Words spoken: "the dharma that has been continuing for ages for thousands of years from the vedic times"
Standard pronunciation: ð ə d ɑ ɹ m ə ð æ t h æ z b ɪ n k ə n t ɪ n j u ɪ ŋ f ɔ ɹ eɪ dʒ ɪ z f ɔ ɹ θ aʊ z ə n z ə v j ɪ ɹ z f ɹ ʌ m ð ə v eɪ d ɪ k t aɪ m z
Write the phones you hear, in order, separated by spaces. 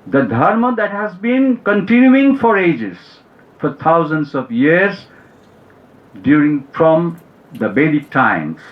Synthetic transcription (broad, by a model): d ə d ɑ ɹ m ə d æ t h æ z b ɪ n k ə n t ɪ n j u ɪ ŋ f ɔ ɹ eɪ dʒ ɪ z f ɔ ɹ t aʊ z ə n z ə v j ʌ ɹ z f ɹ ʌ m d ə b eɪ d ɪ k t aɪ m